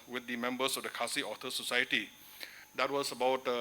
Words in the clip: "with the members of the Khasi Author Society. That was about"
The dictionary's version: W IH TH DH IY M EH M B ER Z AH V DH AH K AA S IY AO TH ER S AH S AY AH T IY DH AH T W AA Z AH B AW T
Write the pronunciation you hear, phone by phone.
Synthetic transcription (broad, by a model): W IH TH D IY M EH M B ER S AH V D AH K AA S IY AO T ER S AH S AY AH T IY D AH T W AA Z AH B AW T